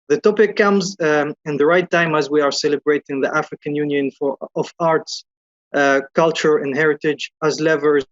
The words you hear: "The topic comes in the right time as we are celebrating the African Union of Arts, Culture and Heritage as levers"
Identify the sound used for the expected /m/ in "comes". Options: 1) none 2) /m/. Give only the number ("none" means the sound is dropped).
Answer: 2